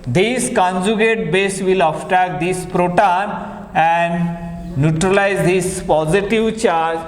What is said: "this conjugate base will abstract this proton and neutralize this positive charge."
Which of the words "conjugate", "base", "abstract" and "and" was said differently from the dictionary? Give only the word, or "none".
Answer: abstract